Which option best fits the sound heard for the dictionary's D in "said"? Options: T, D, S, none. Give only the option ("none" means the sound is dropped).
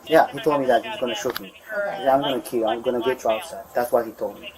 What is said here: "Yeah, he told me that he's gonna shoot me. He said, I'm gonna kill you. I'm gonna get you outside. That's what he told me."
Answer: none